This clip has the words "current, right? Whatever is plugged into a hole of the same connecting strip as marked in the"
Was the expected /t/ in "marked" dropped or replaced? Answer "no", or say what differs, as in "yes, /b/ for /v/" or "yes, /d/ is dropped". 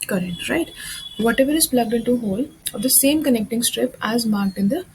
no